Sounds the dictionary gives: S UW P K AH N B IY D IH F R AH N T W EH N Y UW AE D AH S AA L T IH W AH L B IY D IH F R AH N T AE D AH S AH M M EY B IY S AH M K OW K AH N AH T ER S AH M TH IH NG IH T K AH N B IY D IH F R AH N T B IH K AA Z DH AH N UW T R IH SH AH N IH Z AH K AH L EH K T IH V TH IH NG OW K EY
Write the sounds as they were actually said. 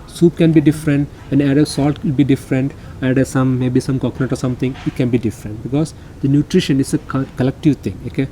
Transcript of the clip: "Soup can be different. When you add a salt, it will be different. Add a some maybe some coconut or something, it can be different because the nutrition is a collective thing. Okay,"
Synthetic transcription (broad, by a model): S UW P K AH N B IY D IH F R AH N T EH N AE D AH S AA L T IH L B IY D IH F R AH N T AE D AH S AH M M EY B IY S AH M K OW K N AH T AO S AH M T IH NG IH T K AH N B IY D IH F R AH N T B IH K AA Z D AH N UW T R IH SH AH N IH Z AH K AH L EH K T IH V T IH NG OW K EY